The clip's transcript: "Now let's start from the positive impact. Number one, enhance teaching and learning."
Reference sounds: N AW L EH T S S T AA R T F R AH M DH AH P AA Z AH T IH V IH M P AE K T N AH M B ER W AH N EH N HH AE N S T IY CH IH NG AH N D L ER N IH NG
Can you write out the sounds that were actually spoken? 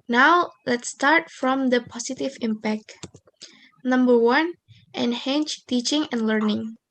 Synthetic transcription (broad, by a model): N AW L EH T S S T AA R T F R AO M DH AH P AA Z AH T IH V IH M P AE K T N AH M B ER W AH N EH N HH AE N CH T IY CH IH NG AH N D L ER N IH NG